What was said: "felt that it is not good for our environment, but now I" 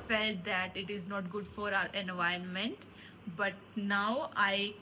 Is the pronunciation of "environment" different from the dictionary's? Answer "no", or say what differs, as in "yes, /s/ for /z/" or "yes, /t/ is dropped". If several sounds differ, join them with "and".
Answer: yes, /ɹ/ is dropped